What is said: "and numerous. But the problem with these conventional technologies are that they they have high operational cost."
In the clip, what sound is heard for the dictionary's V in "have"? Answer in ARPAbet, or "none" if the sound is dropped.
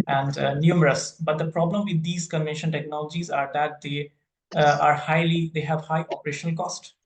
V